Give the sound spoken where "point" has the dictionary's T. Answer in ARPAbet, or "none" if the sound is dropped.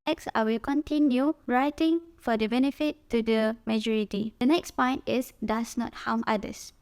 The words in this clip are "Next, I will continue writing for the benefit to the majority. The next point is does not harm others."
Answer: T